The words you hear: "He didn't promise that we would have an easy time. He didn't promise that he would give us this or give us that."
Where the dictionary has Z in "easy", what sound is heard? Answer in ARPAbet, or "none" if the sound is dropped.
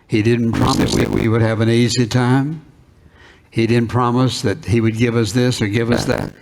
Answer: Z